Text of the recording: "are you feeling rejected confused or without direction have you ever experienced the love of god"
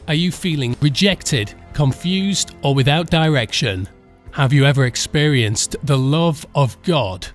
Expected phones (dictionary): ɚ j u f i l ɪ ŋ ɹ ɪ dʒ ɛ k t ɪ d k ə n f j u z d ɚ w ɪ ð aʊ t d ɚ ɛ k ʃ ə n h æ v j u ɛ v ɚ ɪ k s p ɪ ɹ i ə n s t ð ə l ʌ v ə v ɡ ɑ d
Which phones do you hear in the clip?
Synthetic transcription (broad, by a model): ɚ j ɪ f i l ɪ ŋ ɹ ɪ dʒ ɛ k t ɪ d k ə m f j u z d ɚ w ɪ ð aʊ t d ɚ ɛ k ʃ ə n h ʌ v j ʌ ɛ v ɚ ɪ k s p ɪ ɹ i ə n s ð ə l ʌ v ə v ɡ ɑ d